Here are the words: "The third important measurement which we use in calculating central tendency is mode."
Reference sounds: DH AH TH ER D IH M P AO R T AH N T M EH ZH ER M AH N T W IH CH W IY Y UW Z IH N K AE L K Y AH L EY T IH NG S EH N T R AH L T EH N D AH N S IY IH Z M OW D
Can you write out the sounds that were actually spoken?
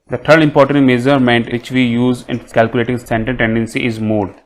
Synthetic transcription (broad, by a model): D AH T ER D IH M P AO R T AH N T M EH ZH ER M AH N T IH CH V IY Y UW Z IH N K AE L K Y AH L EY T IH NG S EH N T AH N T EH N D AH N S IY IH Z M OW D